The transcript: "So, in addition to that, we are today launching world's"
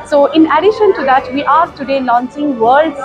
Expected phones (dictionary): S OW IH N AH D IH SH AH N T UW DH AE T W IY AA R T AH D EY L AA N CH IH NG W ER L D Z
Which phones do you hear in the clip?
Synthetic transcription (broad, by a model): S OW IH N AH D IH SH AH N T UW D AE T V IY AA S T AH D EY L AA N S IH NG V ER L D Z